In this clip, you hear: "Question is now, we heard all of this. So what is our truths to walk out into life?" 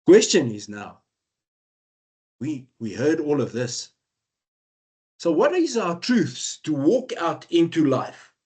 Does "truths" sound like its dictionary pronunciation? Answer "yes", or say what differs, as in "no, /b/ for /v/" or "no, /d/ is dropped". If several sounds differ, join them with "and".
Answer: yes